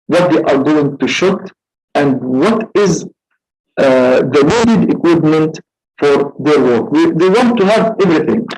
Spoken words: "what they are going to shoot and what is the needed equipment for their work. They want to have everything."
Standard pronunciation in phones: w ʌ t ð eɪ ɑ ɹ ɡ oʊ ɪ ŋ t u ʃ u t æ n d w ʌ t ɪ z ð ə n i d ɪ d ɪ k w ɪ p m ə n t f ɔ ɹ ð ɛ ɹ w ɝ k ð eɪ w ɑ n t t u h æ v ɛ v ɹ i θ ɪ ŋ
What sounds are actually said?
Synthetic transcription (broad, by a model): w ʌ t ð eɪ ɑ ɹ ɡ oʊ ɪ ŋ t u ʃ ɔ t æ n d w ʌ t ɪ z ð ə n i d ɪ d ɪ k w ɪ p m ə n t f ɔ ɹ ð ɛ ɹ w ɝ k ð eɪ w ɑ n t t u h æ v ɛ v ɹ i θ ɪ ŋ